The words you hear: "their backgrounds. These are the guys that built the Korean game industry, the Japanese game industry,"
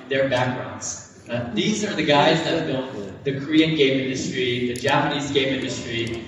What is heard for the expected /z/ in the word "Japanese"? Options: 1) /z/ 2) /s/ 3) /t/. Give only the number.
1